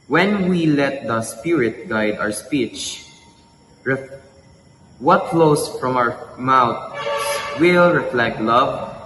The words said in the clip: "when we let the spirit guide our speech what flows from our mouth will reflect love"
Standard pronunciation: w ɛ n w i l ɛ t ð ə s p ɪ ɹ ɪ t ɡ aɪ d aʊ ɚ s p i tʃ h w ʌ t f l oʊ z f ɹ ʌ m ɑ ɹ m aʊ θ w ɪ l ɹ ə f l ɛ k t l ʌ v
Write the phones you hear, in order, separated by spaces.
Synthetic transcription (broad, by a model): w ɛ n w i l ɛ t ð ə s p ɪ ɹ ɪ t ɡ aɪ d aʊ ɚ s p i tʃ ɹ w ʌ t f l oʊ s f ɹ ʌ m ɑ w m aʊ s w ɪ l ɹ ə f l ɛ k t l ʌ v